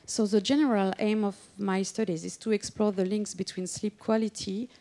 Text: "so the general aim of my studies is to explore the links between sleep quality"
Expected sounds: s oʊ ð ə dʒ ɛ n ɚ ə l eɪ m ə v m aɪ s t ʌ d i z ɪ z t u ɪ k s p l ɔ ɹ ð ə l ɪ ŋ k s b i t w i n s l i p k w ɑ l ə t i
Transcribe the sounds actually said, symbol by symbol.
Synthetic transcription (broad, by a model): s oʊ ð ə dʒ ɛ n ɚ ə l eɪ m ə v m aɪ s t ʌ d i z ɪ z t u ɪ k s p l ɔ ɹ ð ə l ɪ ŋ k s b i t w i n s l i p k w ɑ l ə t i